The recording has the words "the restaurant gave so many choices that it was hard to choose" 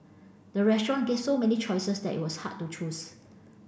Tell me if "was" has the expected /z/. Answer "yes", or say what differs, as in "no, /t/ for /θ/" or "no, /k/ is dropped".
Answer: no, /s/ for /z/